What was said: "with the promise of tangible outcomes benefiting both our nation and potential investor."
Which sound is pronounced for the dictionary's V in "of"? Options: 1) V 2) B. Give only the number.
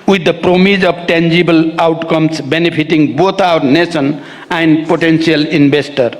2